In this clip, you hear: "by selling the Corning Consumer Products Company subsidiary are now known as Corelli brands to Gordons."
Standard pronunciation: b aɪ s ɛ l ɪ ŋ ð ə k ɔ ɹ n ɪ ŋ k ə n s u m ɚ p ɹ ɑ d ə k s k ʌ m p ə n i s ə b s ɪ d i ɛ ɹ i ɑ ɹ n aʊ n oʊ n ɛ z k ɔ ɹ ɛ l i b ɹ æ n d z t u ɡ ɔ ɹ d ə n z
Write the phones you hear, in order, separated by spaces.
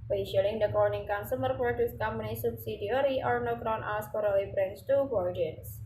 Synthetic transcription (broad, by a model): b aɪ ʃ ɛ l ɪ ŋ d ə k ɔ ɹ n ɪ ŋ k ə n s u m ɚ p ɹ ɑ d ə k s k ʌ m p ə n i s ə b s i d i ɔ ɹ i ɑ ɹ n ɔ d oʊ n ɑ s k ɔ ɹ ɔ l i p ɹ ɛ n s t u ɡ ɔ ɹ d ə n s